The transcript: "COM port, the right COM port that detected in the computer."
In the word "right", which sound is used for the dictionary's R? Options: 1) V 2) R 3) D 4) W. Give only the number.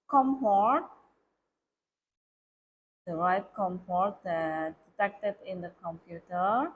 4